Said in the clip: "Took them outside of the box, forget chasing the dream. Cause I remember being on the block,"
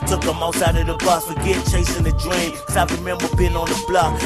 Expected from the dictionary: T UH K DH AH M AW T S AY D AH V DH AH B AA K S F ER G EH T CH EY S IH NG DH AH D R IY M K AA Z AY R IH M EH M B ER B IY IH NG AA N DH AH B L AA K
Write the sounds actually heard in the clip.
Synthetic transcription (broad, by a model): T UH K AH M AW T S AY D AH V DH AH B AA S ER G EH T CH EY S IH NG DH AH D R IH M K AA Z AY R IH M EH M B ER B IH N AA N DH AH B L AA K